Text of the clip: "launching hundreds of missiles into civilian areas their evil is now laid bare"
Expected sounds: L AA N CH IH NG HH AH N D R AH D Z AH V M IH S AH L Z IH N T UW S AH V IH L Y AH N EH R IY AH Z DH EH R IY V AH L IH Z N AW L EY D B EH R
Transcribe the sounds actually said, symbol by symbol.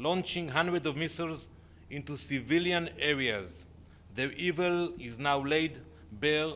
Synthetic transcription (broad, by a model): L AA N CH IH NG HH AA N D R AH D AH V M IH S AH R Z IH N T UW S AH V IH L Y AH N EH R IY AH Z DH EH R IY V AH L IH Z N AW L EY D B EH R